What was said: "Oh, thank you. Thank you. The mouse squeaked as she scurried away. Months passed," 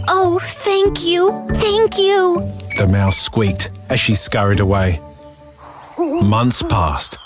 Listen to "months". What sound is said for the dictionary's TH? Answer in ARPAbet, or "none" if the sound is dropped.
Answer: TH